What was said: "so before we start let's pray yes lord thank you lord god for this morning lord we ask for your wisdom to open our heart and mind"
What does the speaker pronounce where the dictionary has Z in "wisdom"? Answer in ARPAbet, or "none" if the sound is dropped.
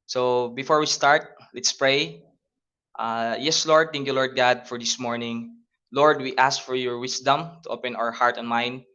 S